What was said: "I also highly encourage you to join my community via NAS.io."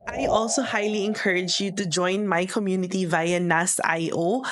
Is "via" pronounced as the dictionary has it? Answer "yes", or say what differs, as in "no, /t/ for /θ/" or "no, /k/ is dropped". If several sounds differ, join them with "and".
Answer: yes